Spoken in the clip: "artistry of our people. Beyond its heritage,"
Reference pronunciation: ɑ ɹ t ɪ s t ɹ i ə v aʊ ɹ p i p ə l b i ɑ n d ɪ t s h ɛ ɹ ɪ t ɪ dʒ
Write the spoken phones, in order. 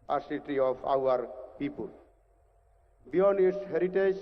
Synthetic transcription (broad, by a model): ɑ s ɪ t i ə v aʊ ɹ p i p ə l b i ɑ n ɪ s h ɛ ɹ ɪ t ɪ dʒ